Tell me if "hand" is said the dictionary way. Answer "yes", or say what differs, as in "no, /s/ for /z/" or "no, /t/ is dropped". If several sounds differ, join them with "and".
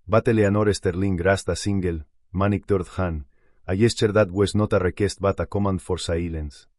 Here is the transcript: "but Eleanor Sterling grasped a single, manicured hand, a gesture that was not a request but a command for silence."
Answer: no, /d/ is dropped